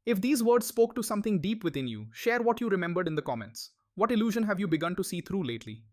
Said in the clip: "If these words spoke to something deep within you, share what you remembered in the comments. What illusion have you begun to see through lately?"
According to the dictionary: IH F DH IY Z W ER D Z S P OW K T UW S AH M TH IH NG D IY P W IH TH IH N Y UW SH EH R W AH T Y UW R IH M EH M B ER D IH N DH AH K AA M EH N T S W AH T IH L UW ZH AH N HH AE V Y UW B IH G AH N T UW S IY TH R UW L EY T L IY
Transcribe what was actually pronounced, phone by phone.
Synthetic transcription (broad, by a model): IH F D IY Z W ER D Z S P OW K T UW S AH M T IH NG D IY P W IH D IH N Y UW SH EH R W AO T Y UW R IH M EH M B ER D IH N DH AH K AA M EH N T S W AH T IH L UW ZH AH N HH AE V Y UW B IH G AH N T UW S IY T R UW L EY T L IY